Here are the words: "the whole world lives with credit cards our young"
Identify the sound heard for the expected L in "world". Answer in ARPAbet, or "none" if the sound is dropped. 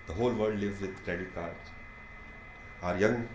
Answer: none